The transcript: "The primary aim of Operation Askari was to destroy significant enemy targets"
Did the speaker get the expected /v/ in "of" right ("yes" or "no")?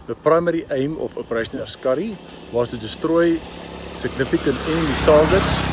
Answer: no